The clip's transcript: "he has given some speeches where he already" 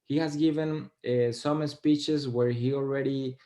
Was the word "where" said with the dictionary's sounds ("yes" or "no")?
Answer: yes